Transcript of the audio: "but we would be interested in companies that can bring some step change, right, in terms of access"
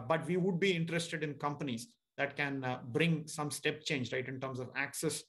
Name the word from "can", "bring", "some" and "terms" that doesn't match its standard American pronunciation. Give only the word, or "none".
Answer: terms